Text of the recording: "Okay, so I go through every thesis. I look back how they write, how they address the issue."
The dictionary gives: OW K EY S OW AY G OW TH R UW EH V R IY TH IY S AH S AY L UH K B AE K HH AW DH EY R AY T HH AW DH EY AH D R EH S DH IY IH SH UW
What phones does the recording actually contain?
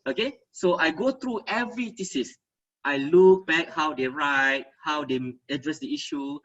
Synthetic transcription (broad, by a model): OW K EY S OW AY G OW T R UW EH V R IY T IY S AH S AY L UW K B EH K HH AW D EY R AY T HH AW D EY AH D R EH S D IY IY SH UW